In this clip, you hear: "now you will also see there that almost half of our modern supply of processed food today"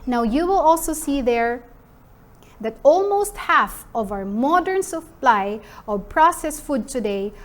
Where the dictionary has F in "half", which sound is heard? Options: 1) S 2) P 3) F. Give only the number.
3